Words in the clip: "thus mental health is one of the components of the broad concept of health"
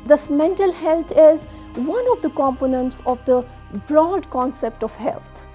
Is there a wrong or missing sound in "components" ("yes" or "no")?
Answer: no